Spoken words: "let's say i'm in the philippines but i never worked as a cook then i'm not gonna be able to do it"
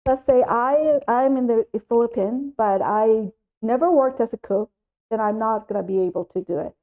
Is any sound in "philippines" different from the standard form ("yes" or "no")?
yes